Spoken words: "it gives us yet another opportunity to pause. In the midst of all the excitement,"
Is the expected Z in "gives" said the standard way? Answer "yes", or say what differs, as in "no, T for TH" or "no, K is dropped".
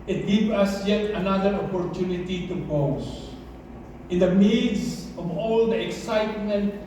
no, Z is dropped